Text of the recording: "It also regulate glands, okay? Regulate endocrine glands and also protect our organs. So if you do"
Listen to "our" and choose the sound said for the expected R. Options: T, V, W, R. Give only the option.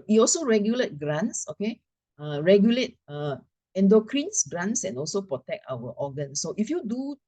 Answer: W